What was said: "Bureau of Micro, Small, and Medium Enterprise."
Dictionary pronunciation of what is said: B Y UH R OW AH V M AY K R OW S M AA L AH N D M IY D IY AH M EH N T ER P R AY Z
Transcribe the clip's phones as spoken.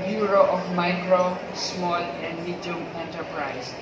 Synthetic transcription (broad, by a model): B Y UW R OW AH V M AY K R OW S M AA L AH N D M IY D IY AH M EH N T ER P R AY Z